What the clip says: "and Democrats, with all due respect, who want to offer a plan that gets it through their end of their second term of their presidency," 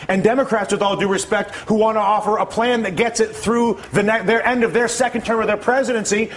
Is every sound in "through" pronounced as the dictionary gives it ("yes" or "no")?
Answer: yes